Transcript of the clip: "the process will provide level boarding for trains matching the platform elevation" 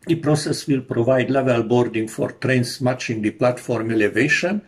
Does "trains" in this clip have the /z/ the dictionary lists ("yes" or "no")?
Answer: no